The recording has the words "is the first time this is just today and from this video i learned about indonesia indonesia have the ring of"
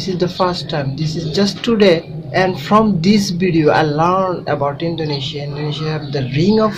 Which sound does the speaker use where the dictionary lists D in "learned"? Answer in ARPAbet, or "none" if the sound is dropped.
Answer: D